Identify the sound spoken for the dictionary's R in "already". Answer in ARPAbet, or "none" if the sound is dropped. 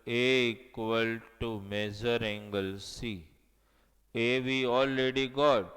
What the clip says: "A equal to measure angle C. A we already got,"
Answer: L